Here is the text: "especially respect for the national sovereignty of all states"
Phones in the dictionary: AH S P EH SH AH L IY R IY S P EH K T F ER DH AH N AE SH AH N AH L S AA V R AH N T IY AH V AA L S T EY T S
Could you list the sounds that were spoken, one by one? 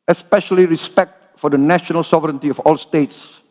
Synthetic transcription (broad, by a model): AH S P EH SH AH L IY R IY S P EH K T F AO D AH N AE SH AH N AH L S AA V R AH N T IY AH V AA L S T EY T S